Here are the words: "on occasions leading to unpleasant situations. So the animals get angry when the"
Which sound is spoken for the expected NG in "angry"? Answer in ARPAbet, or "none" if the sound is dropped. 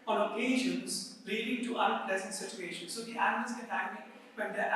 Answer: none